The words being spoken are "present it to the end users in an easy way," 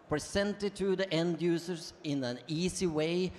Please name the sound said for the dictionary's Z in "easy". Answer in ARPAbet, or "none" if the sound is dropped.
S